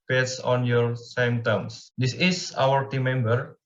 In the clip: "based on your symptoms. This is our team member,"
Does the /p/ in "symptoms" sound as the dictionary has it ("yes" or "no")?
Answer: no